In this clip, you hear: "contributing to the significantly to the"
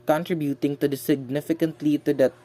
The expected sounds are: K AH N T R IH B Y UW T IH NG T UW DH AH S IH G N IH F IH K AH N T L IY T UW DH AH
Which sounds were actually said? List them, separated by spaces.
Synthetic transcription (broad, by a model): K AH N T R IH B Y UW T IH NG T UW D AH S IH G N IH F IH K AH N T L IY T UW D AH